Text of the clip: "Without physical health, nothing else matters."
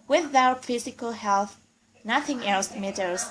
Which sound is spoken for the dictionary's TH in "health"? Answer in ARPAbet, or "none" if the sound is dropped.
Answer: TH